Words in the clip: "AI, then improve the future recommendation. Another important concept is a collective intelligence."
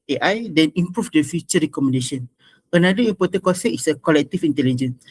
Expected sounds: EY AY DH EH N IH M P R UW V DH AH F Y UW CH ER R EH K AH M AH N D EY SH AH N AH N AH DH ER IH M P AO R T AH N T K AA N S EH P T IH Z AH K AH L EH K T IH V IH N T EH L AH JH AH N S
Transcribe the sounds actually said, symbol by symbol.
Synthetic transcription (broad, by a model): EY AY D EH N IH M P R UW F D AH F Y UW CH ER R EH K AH M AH N D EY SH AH N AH N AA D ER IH M P AO T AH N K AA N S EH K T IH S AH K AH L EH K T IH F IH N T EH L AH JH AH N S